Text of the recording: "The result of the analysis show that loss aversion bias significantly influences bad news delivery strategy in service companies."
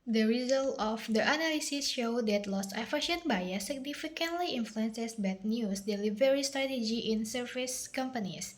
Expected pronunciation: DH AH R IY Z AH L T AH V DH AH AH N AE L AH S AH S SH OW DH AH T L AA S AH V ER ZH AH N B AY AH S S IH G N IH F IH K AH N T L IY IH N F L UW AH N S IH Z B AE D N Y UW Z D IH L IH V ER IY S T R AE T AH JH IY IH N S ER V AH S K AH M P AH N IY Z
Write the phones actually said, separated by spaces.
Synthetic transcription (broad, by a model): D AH R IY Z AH L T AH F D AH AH N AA L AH S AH S SH OW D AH T L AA S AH F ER SH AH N B AY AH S S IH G N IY F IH K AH N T L IY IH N F L UW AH N S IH S B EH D N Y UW S D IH L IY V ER IY S T R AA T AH JH IY IH N S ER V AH S K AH M P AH N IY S